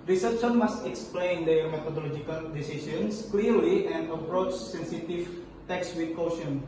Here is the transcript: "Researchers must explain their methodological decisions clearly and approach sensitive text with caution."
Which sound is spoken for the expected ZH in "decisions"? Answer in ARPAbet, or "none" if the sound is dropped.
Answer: S